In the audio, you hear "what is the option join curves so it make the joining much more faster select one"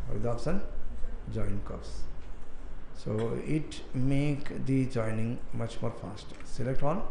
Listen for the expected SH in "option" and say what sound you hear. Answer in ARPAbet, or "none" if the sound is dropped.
S